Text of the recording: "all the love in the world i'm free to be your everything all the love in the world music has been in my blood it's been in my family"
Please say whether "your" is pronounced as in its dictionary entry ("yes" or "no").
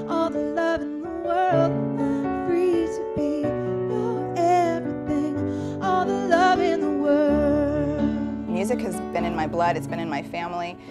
no